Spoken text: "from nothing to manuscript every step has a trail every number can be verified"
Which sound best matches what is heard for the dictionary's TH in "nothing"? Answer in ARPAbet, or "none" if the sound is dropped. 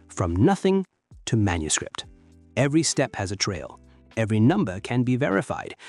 TH